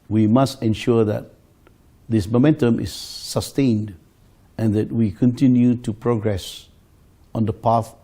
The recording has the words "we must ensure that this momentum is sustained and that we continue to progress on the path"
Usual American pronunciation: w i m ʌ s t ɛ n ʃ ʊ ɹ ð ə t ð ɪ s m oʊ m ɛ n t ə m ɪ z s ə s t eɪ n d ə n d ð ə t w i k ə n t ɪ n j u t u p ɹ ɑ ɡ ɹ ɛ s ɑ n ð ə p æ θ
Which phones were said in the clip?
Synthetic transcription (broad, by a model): w i m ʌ s t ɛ n ʃ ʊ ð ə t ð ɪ s m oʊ m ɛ n t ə m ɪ s ə s t eɪ n d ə n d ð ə t w i k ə n t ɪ n j u t u p ɹ ɑ ɡ ɹ ɛ s ɑ n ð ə p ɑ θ